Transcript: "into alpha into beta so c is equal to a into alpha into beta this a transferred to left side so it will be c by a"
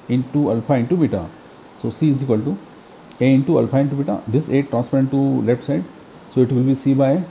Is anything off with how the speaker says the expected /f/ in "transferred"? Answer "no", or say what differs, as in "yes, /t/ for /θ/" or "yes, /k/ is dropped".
yes, /p/ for /f/